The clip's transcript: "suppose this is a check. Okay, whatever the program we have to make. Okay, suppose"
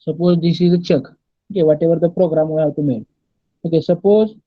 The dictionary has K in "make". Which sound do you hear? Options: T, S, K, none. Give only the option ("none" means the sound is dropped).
none